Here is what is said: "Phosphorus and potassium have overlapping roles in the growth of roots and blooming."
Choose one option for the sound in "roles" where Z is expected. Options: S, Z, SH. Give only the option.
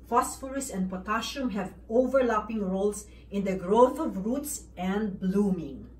S